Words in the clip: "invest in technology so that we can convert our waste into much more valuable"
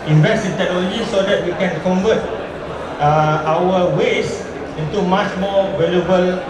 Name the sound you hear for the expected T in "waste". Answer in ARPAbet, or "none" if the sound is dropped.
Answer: none